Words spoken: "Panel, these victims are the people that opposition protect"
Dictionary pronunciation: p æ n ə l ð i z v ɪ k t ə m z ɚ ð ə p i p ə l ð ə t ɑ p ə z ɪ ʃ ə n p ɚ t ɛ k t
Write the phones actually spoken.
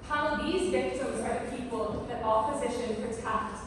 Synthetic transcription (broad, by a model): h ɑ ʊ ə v ð i z v ɪ k t ə m z ɚ ð ə p i p ə l ð ə t ɑ p ə z ɪ ʃ ə n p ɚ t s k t